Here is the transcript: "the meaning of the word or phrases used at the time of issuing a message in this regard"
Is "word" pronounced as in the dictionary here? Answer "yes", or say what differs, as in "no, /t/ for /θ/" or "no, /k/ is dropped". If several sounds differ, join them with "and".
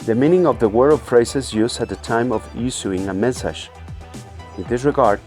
no, /d/ is dropped